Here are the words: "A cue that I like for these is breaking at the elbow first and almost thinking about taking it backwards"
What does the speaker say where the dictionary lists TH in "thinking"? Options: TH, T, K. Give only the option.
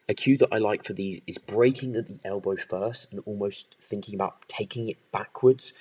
TH